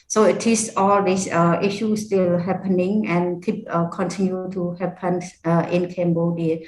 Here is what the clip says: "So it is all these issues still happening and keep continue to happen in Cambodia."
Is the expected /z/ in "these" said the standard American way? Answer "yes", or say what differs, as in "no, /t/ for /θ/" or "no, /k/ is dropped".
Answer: no, /s/ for /z/